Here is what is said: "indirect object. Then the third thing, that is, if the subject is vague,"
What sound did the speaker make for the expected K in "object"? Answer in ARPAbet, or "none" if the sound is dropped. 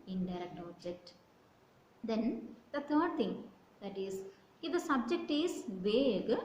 K